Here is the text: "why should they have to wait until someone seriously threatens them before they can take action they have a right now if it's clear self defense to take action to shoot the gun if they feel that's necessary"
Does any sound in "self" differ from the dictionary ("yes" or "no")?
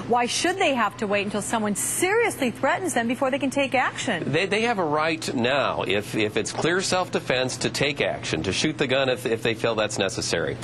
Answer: no